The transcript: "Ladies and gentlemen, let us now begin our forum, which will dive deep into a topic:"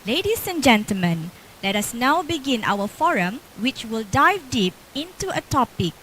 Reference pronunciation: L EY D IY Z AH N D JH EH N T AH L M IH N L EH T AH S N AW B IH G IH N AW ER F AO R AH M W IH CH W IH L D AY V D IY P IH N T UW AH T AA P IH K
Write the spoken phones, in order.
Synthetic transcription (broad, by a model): L EY D IY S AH N JH EH N T AH L M IH N L EH T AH S N AW B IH G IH N AW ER F AO R AH M W IH CH W IH L D AY V D IY P IH N T UW AH T AA P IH K